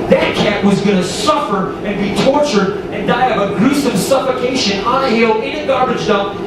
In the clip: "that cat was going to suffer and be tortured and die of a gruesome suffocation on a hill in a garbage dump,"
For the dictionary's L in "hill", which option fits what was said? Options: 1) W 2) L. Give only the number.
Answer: 2